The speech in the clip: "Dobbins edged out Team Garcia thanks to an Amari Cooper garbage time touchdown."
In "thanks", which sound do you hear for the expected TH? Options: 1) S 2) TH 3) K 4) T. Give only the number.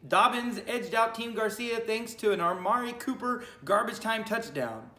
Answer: 2